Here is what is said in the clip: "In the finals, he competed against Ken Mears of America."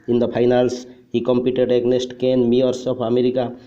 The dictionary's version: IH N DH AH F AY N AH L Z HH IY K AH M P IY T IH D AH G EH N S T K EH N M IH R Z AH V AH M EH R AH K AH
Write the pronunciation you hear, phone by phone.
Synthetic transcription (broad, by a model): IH N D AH P AY N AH L S HH IY K AH M P IY T IH D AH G N S T K EH N M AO R S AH P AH M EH R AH K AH